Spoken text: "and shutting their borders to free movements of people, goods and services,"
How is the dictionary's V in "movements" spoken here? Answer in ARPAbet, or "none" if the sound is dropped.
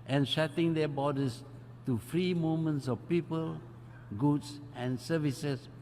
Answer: none